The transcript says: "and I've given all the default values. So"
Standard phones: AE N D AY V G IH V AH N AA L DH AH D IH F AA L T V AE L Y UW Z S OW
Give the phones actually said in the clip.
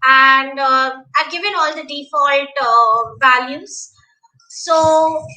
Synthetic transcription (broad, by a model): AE N D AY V G IH V AH N AA L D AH D IH F AA L T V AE L Y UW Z S OW